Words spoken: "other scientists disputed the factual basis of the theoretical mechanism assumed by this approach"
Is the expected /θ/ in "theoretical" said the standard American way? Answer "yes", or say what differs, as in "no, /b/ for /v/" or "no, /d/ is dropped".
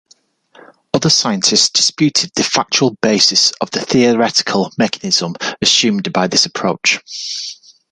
yes